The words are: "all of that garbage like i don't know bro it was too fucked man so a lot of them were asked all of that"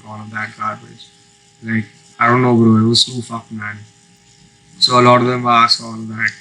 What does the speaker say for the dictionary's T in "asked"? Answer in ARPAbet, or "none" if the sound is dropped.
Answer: none